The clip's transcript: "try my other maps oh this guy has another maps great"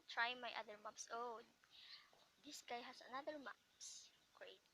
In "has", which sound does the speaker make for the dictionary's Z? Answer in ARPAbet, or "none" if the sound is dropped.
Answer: S